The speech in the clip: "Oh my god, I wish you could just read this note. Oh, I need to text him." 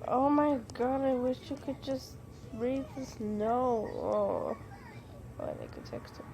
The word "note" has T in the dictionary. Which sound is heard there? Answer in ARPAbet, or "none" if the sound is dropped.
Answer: none